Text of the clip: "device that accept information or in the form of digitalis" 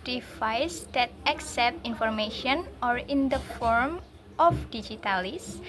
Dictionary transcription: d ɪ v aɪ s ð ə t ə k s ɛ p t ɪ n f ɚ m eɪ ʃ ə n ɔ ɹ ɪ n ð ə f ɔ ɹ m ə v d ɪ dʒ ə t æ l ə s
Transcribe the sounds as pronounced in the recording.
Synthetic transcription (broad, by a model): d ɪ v aɪ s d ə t ə k s ɛ p t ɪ n f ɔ m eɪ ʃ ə n ɔ ɹ ɪ n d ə f ɔ ɹ m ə f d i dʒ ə t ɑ l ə s